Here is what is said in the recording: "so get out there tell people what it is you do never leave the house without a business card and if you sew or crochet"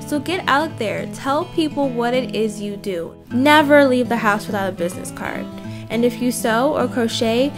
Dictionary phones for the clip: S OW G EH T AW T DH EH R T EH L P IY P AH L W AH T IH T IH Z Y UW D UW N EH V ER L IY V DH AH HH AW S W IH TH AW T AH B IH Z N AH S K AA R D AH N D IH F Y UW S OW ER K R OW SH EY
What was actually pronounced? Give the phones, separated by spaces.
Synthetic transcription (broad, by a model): S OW G EH T AW T DH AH R T EH L P IY P L W AH T IH T IH Z Y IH D UW N EH V ER L IY V DH AH HH AW S W IH TH AW T AH B IH Z N AH S K AA R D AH N IH F Y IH S OW ER K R OW SH EY